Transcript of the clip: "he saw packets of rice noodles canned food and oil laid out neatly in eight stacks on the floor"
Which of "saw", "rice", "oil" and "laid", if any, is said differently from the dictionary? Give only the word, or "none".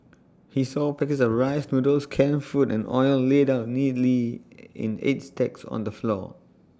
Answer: none